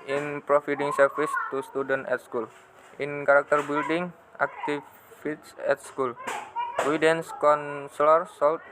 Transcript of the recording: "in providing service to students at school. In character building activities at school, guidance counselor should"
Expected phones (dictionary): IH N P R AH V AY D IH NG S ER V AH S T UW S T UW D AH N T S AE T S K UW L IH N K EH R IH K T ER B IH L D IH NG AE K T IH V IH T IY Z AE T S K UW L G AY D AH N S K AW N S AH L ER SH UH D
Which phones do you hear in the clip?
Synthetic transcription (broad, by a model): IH N P R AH F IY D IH NG S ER F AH S T UW S T UW D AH N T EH T S K UW L IH N K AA R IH K T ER B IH L D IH NG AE K T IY F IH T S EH T S K UW L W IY D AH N S K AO N S L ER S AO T